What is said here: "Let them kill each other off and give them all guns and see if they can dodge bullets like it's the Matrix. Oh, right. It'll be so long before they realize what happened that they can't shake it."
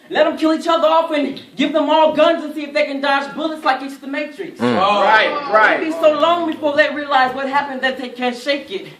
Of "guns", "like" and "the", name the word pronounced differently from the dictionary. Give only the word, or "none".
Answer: none